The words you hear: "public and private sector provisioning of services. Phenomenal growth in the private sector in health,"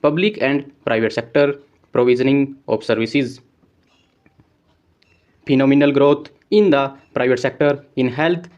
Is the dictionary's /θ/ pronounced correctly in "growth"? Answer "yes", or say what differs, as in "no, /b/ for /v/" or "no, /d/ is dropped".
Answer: no, /t/ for /θ/